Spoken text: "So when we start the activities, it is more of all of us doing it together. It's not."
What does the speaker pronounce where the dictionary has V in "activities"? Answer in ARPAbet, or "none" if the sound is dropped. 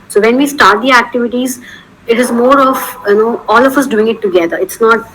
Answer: V